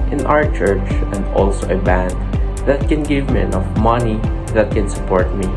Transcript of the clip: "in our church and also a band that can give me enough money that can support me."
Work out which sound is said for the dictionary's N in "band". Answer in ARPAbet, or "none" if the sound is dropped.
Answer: N